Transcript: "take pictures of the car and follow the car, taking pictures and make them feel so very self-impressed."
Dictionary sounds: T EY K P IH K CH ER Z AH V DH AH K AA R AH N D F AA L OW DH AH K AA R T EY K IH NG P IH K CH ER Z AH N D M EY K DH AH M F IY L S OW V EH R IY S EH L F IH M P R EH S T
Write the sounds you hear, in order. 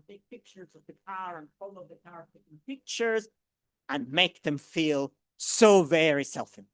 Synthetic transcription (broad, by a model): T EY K P IH K CH ER Z AH V DH AH K AA R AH N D F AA L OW DH AH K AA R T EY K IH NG P IH K CH ER Z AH N M EY K DH AH M F IY L S OW V EH R IY S EH L F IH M